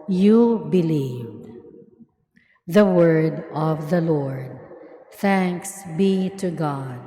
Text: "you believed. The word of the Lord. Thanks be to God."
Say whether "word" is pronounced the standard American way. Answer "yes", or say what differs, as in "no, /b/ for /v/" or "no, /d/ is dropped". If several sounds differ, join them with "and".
yes